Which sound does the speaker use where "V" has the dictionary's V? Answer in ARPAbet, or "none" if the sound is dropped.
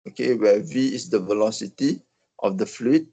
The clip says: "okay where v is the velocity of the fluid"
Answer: V